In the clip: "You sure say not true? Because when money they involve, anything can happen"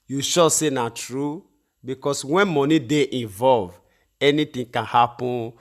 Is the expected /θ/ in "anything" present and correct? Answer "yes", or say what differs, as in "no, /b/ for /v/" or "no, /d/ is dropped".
no, /t/ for /θ/